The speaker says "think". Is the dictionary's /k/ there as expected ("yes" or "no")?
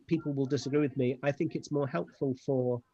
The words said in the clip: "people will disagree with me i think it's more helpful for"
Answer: yes